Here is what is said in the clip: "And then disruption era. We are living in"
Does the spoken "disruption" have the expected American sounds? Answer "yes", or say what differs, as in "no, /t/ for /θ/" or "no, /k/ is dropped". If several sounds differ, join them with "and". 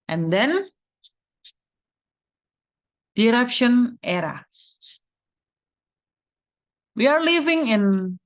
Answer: no, /s/ is dropped